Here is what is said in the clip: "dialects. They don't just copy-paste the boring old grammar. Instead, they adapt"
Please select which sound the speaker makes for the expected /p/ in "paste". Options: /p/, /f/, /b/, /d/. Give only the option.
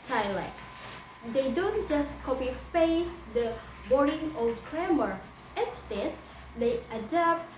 /f/